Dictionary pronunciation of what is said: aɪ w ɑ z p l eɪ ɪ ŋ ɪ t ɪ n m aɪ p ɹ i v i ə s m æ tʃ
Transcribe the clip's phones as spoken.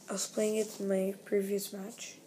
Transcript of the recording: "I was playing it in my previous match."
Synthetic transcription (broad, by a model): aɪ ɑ s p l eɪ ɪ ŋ ɪ t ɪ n m aɪ p ɹ i v i ə s m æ tʃ